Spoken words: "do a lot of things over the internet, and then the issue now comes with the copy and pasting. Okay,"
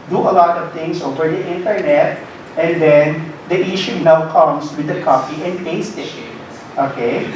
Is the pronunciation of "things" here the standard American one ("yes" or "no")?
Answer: no